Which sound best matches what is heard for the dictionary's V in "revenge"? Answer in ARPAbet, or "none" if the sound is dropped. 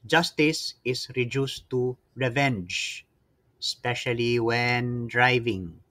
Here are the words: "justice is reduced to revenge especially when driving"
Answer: V